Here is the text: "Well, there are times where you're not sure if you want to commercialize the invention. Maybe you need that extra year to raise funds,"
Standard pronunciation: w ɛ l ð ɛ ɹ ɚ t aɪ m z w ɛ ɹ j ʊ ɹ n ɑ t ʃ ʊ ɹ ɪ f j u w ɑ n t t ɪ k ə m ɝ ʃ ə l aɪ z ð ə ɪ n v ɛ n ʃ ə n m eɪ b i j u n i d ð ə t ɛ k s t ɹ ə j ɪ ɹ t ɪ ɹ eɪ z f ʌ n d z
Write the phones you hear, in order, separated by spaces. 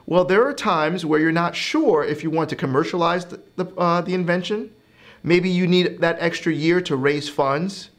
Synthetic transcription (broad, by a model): w ɛ l ð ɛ ɹ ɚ t aɪ m z w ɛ ɹ j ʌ ɹ n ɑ t ʃ ʊ ɹ ɪ f j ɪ w ɑ n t t ɪ k ə m ɝ ʃ ə l aɪ z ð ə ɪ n v ɛ n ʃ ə n m eɪ b i j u n i d ð ə t ɛ k s t ɹ ə j ɪ ɹ t ɪ ɹ eɪ z f ʌ n d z